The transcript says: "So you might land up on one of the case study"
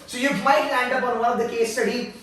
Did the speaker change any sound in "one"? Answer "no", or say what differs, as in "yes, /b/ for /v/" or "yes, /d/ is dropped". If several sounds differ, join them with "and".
yes, /l/ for /n/